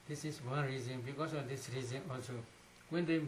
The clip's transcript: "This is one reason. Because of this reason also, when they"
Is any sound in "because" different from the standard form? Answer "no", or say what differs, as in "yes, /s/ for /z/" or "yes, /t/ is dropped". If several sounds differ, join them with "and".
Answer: yes, /s/ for /z/